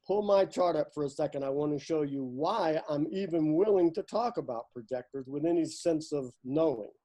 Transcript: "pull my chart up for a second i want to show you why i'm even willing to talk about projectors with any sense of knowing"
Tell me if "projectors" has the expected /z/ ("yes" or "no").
yes